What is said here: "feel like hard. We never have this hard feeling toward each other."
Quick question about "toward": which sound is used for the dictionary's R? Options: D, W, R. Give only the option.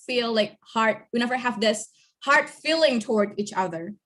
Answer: R